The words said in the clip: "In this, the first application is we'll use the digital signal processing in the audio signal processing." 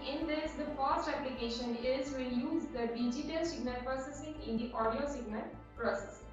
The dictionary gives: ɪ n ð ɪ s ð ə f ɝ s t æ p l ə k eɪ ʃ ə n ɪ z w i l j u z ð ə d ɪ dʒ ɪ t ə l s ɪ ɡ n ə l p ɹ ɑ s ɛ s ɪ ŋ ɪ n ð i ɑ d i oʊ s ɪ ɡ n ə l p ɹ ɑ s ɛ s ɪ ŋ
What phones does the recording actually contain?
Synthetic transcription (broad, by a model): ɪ n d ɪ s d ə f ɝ s t æ p l ə k eɪ ʃ ə n ɪ z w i n j u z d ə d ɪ dʒ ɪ t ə l s ɪ ɡ n ə l p ɹ ɑ s ɛ s ɪ ŋ ɪ n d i ɑ d i oʊ s ɪ ɡ n ə l p ɹ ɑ s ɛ s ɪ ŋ